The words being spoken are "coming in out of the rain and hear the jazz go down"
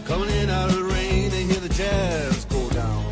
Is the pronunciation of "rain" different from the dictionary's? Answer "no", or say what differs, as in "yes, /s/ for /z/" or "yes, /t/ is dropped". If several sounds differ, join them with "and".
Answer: yes, /n/ is dropped